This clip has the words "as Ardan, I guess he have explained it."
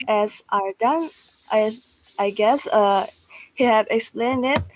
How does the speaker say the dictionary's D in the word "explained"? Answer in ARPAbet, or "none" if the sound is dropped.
D